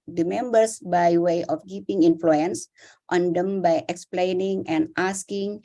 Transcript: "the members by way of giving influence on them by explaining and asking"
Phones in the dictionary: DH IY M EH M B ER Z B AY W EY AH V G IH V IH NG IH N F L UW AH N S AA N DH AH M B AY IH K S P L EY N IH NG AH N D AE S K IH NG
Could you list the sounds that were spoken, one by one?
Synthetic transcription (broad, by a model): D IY M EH M B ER S B AY W EY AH F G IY P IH NG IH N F L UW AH N S AA N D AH M B AY IH K S P L EY N IH NG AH N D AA S K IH NG